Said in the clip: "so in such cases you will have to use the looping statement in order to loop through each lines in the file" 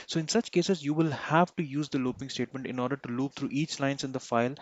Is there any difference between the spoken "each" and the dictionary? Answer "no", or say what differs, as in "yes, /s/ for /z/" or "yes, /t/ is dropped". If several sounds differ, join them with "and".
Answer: no